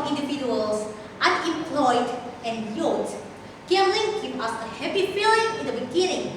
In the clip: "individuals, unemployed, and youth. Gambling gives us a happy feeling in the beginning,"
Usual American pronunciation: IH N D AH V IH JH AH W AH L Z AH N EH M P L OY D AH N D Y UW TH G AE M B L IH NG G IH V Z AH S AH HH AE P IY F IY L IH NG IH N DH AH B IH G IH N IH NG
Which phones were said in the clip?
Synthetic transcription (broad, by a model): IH N D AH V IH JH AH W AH L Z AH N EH M P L OY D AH N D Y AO T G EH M L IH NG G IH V AH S AH HH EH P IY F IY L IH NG IH N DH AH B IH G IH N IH NG